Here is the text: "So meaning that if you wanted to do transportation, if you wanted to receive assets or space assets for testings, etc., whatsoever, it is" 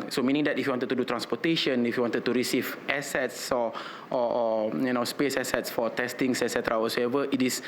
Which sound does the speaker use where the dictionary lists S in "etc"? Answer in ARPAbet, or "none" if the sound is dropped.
S